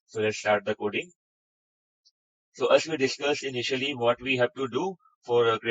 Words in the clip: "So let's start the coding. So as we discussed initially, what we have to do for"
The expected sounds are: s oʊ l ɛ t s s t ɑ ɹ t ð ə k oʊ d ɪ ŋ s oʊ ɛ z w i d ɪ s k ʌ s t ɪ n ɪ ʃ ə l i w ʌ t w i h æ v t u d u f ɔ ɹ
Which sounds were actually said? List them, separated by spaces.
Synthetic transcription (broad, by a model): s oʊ l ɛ t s s t ɑ ɹ t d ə k oʊ d ɪ ŋ s oʊ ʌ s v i d ɪ s k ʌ s ɪ n ɪ ʃ ə l i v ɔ t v i h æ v t u d u f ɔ ɹ